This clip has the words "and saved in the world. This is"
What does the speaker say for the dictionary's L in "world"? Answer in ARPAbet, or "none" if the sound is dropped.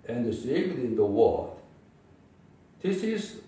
none